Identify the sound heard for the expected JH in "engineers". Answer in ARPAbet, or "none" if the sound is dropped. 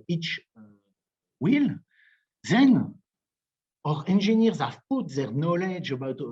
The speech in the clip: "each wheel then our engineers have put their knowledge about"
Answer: ZH